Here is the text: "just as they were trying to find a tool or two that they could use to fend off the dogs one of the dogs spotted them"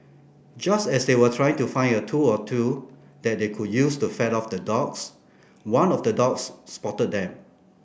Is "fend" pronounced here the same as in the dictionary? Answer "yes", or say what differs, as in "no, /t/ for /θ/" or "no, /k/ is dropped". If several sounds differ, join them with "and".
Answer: no, /n/ is dropped